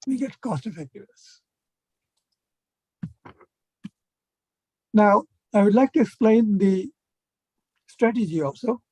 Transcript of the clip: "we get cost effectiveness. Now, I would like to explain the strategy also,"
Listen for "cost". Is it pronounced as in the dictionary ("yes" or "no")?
yes